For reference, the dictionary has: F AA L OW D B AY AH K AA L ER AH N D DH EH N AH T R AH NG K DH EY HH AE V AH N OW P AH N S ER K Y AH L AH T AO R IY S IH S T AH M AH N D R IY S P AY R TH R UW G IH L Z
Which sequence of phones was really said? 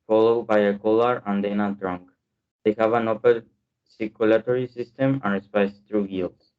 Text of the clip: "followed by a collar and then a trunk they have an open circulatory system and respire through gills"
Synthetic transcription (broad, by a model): F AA L OW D B AY AH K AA L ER AH N D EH N AH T R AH NG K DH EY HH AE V AH N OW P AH L S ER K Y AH L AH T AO R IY S IH S T AH M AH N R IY S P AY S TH R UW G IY L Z